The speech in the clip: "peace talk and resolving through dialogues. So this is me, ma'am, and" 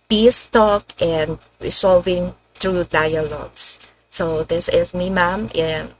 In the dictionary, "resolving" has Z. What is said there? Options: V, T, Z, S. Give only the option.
S